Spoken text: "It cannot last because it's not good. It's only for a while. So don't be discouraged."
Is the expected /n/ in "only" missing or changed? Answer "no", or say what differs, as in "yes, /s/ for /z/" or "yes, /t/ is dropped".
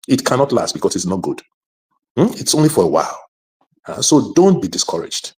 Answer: no